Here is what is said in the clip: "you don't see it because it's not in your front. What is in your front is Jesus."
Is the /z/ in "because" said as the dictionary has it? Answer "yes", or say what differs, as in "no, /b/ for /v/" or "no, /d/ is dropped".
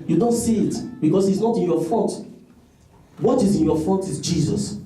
no, /s/ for /z/